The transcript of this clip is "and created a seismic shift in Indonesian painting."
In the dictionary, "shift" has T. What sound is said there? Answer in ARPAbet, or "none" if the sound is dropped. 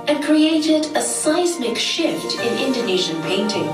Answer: T